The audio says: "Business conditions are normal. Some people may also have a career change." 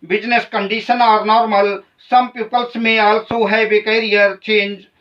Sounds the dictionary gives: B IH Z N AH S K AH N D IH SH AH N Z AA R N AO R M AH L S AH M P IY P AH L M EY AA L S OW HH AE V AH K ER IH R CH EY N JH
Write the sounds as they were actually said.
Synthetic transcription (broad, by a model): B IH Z N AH S K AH N D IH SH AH N AA R N AO R M AH L S AH M P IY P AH L M EY AA L S OW HH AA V AH K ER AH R CH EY N JH